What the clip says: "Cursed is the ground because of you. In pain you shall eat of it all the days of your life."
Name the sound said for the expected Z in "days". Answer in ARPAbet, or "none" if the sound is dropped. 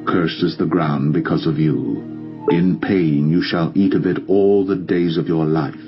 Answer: Z